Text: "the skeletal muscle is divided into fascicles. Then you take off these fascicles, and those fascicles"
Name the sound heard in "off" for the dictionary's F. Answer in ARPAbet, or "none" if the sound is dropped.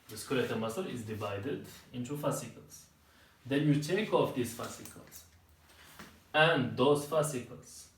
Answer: F